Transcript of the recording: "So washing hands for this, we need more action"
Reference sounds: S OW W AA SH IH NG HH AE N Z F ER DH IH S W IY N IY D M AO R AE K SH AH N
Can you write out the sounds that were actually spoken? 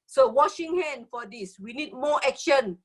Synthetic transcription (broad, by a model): S OW W AA SH IH NG HH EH N F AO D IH S W IY N IY D M AO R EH K SH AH N